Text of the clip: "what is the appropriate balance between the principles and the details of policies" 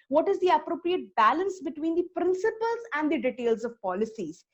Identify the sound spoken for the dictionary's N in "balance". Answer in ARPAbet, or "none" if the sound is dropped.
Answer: N